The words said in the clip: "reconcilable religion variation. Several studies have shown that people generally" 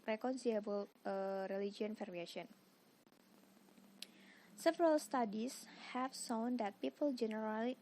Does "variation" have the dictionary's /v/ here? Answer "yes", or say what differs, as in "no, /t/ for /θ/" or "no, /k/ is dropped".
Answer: no, /f/ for /v/